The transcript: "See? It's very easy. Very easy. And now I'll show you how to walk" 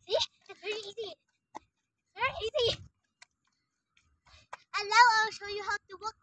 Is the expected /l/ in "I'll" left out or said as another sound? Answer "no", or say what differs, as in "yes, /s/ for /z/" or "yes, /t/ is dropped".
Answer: yes, /w/ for /l/